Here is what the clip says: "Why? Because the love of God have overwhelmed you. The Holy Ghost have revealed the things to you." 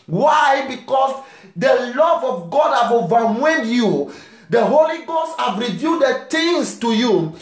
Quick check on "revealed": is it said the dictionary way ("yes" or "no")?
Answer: no